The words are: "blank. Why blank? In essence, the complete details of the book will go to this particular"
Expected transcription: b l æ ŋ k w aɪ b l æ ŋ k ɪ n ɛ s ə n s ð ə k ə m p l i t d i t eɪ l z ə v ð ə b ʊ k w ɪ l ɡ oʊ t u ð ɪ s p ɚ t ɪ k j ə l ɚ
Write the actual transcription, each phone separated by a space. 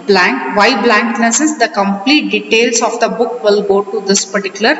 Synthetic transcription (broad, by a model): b l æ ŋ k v aɪ b l æ ŋ k n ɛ s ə s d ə k ə m p l i t d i t eɪ l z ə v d ə b ʊ k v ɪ l ɡ oʊ t u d ɪ s p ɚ t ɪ k j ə l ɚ